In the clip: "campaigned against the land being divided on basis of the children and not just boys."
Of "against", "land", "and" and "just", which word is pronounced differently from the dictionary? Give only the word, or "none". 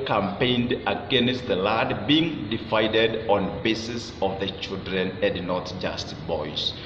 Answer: land